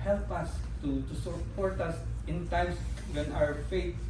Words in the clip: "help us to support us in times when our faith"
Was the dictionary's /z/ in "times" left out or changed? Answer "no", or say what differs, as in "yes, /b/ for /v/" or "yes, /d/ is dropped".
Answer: yes, /s/ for /z/